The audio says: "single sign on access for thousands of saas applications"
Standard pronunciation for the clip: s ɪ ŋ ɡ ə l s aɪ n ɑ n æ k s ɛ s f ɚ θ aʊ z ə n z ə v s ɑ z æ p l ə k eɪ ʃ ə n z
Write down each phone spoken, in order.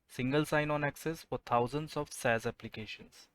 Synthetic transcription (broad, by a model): s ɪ ŋ ɡ ə l s aɪ n ɑ n æ k s ɛ s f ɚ t aʊ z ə n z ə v s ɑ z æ p l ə k eɪ ʃ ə n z